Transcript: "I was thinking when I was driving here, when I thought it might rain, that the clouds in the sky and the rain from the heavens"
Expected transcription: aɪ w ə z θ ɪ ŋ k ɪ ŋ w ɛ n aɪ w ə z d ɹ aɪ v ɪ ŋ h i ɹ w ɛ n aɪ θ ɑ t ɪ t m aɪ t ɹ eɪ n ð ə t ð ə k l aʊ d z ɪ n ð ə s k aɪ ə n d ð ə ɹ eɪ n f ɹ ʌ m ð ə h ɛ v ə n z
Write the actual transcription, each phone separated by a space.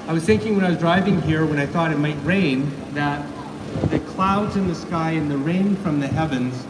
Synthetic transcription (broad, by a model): aɪ w ə z θ ɪ ŋ k ɪ ŋ w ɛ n aɪ w ə z d ɹ aɪ v ɪ ŋ h i ɹ w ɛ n aɪ θ ɑ t ɪ t m aɪ t ɹ eɪ n ð ə t ð ə k l aʊ d z ɪ n ð ə s k aɪ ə n ð ə ɹ eɪ n f ɹ ʌ m ð ə h ɛ v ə n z